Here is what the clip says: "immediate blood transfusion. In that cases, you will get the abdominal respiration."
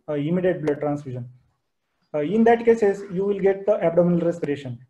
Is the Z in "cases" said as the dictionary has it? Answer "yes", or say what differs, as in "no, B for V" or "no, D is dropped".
no, S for Z